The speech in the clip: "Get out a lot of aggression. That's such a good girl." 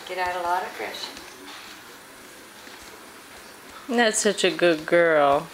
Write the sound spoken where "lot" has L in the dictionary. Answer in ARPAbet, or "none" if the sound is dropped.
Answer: L